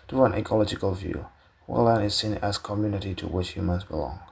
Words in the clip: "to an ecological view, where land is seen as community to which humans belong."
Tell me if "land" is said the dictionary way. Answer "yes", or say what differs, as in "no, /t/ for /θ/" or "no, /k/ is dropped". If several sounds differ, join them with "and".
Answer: no, /d/ is dropped